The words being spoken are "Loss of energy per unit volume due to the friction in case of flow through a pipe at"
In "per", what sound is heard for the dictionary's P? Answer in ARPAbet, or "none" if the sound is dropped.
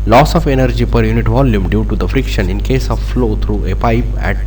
P